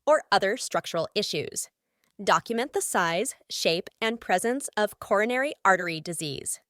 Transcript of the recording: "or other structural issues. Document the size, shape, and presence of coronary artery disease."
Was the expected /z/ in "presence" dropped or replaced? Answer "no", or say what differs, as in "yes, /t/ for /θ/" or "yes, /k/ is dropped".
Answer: no